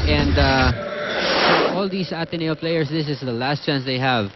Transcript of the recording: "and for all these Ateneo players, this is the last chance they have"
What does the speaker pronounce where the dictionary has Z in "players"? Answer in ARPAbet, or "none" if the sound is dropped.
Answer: S